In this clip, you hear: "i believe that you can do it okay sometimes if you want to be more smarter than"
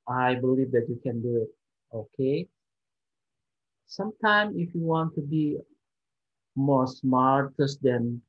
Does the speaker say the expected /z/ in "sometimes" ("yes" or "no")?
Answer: no